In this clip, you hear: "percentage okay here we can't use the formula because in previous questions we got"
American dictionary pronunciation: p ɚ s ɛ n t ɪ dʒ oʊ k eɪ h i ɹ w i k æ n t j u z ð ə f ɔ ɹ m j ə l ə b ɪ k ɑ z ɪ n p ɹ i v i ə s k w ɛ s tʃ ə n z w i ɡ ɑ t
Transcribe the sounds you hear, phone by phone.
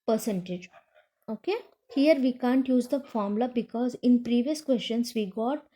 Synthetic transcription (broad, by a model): p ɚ s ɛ n t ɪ dʒ oʊ k eɪ h i ɹ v i k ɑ n t j u z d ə f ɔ ɹ m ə l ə b ɪ k ɑ z ɪ n p ɹ i v i ə s k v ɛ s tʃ ə n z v i ɡ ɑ t